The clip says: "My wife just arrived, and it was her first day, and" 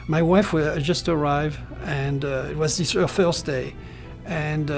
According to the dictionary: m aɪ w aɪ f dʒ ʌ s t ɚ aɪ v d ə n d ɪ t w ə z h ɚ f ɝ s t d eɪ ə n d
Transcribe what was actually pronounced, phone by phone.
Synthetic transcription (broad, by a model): m aɪ w aɪ f dʒ ʌ s t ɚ aɪ v ə n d ɪ t w ə z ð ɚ f ɝ s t d eɪ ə n